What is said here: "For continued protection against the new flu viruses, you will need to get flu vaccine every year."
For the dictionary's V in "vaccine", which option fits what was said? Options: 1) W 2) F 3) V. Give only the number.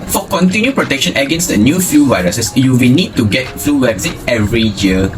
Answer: 1